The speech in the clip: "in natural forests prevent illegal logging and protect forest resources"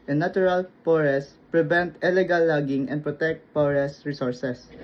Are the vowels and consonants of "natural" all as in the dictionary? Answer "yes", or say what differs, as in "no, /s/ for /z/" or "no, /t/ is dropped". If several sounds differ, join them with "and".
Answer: no, /tʃ/ is dropped